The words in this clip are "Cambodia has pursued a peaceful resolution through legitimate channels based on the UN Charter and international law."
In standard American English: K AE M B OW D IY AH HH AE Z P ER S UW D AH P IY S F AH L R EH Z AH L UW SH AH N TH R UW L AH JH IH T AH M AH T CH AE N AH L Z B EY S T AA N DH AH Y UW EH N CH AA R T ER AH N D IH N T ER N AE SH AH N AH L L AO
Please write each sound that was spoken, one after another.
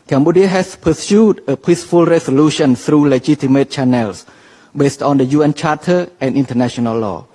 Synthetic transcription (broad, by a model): K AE M B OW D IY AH HH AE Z P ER S UW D AH P IY S F AH L R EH S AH L UW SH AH N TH R UW L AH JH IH T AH M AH T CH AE N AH L S B EY S T AA N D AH Y UW EH N CH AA T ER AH N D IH N T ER N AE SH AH N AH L L AO